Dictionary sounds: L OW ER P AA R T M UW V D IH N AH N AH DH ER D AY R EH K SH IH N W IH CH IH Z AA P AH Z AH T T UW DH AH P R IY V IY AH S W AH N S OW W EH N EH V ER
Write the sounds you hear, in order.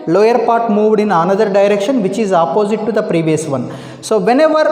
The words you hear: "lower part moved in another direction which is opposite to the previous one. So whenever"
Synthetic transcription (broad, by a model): L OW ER P AA R T M UW V D IH N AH N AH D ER D AY R EH K SH IH N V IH CH IH Z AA P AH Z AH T T UW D AH P R IY V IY AH S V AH N S OW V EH N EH V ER